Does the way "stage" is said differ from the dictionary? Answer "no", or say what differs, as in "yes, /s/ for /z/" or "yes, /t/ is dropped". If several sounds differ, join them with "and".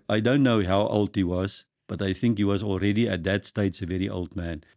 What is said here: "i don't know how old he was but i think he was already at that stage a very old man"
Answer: yes, /tʃ/ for /dʒ/